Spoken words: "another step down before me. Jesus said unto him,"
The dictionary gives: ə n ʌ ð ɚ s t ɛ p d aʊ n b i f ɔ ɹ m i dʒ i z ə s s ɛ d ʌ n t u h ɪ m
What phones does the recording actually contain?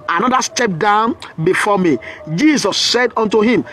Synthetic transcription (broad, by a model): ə n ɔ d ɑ s t ɛ p d aʊ n b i f ɔ m i dʒ i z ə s s ɛ d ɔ n t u h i m